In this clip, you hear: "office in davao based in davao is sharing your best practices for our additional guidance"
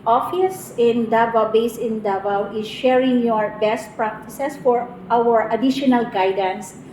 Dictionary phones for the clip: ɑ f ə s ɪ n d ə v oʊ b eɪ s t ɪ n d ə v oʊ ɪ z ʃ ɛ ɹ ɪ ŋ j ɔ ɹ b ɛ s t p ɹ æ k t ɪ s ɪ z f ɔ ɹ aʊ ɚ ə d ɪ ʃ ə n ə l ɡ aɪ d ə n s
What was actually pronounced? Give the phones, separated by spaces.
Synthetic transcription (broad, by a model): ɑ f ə s ɪ n d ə b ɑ b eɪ s ɪ n d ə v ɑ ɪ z ʃ ɛ ɹ ɪ ŋ j ɔ ɹ b ɛ s t p ɹ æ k t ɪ s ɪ s f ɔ ɹ aʊ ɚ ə d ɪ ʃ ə n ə l ɡ aɪ d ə n s